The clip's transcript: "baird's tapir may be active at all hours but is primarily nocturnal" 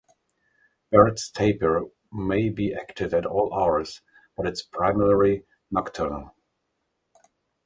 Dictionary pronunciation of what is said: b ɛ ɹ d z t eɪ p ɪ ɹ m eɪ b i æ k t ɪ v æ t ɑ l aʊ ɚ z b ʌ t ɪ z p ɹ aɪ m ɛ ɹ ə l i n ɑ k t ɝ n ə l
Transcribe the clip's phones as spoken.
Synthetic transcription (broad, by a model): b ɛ ɹ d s t eɪ p ɪ ɹ m eɪ b i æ k t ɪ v æ t ɑ l aʊ ɚ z b ʌ t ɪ s p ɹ aɪ m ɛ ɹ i n ɑ k t ɝ n ə l